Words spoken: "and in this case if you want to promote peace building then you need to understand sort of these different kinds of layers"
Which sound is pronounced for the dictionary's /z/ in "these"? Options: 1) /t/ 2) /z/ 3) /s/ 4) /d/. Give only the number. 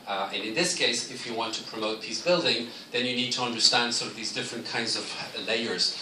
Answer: 2